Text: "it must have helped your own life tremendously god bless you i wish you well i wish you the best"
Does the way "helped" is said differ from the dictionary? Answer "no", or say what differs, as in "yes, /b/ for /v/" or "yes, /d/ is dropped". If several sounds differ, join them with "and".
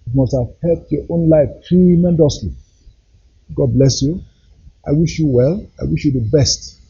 yes, /l/ is dropped